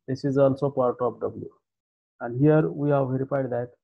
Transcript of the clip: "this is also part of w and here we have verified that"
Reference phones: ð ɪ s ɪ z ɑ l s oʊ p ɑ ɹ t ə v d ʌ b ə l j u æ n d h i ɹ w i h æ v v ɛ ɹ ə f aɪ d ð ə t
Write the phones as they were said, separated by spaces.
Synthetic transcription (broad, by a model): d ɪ s ɪ z ɑ l s oʊ p ɑ ɹ t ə p d ʌ b ə l j u æ n d h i ɹ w i h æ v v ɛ ɹ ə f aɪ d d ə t